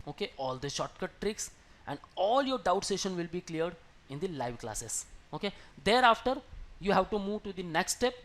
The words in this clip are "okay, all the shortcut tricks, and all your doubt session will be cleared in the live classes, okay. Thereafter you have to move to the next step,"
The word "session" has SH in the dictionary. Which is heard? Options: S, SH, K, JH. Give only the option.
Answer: SH